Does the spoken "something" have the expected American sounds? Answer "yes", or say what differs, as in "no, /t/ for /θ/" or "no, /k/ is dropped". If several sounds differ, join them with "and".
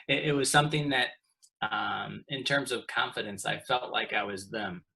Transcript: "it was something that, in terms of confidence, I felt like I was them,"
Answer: yes